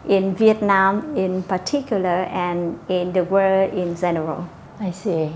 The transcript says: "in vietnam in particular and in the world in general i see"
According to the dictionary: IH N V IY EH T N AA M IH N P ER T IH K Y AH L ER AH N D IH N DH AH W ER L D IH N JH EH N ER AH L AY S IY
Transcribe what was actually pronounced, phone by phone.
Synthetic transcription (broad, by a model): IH N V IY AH T N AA M IH N P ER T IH K Y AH L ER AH N IH N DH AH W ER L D IH N Z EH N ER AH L AY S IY